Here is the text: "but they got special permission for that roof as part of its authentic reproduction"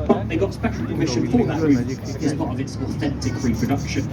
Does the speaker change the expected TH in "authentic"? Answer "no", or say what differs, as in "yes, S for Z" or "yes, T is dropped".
no